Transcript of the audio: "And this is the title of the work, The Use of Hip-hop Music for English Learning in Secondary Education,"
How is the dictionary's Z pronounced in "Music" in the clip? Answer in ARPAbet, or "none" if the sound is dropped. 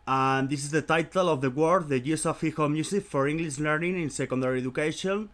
S